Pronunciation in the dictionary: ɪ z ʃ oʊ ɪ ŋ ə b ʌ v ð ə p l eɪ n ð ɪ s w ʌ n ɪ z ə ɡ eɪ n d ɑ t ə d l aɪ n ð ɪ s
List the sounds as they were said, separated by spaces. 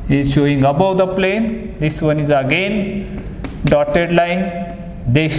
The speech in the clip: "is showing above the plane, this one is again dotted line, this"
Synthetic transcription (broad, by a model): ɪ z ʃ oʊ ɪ ŋ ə b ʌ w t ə p l eɪ n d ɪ s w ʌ n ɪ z ə ɡ eɪ n d ɑ t ə d l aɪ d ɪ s